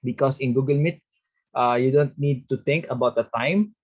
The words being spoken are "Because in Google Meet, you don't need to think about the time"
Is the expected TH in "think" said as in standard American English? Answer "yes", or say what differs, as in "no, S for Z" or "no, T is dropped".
no, T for TH